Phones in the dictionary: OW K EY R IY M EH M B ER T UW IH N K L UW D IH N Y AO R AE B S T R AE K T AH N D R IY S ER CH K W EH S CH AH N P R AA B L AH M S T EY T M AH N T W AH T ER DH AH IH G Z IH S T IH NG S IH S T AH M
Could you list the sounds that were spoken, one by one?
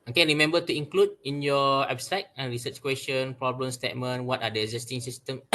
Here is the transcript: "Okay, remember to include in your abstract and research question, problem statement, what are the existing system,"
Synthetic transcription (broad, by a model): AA K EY R IY M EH M B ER T UW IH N K L UW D IH N Y AO W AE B S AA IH T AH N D R IY S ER CH K W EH S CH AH N P R AA B L AH M S T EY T M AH N W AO T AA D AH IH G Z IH S T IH NG S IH S T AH M